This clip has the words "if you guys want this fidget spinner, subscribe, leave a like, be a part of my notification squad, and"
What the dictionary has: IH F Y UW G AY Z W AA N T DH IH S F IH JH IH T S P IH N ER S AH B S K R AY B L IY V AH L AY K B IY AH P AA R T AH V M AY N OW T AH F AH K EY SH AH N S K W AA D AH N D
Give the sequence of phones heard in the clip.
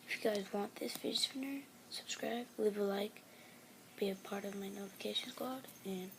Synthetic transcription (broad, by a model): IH F Y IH G AY Z W AA N DH IH S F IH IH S F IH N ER S AH B S K R AY B L IY V AH L AY K B IY AH P AA R T AH V M AY N OW T AH F AH K EY SH AH N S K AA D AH N